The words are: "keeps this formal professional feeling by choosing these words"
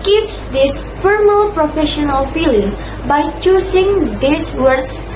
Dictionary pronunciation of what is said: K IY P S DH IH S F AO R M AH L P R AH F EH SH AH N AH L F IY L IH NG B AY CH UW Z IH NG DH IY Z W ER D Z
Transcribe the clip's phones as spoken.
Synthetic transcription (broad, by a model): K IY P S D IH S F AO R M AH L P R AH F EH SH AH N AH L F IY L IH NG B AY CH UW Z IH NG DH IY S W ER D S